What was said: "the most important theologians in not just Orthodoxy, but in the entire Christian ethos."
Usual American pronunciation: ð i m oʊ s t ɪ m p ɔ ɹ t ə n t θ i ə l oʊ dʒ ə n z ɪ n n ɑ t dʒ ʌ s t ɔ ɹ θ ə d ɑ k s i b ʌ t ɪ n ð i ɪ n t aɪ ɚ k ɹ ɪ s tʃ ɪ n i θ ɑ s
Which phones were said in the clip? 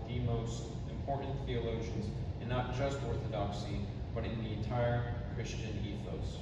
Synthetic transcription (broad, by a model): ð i m oʊ s t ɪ m p ɔ ɹ t n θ i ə l oʊ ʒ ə n z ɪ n n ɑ t dʒ ʌ s t ɔ ɹ θ ə d ɑ k s i b ʌ t ɪ n ð i ɪ n t aɪ ɚ k ɹ ɪ s tʃ ɪ n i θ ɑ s